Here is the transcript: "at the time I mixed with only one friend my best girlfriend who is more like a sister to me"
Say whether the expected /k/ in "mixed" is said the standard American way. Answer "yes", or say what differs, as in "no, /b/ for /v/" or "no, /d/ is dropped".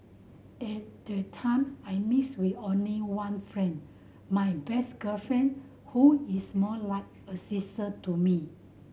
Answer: no, /k/ is dropped